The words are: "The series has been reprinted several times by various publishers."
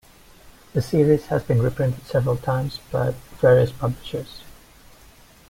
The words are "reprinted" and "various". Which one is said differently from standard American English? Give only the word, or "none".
none